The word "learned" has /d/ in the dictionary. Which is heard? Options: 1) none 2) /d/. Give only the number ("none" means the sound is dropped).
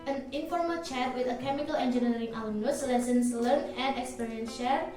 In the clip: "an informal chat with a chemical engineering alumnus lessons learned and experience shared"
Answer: 1